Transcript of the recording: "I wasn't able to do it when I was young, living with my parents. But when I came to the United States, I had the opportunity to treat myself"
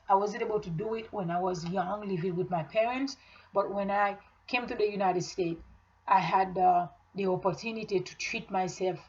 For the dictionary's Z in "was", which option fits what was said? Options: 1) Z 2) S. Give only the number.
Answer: 1